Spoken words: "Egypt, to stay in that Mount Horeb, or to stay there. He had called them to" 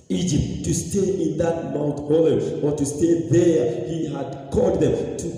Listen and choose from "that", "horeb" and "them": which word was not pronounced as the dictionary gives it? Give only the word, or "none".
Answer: horeb